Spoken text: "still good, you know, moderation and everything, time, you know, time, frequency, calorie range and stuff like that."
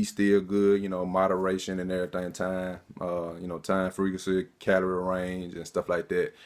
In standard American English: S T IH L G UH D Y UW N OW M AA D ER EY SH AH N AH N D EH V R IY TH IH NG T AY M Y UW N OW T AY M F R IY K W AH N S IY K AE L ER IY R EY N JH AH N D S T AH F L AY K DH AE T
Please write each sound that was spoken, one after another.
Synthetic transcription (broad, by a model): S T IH G UH D Y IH N OW M AA D ER EY SH AH N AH N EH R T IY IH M T AY M Y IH N OW T AY M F R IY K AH S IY K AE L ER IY R EY N JH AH N S T AH F L AY K DH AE T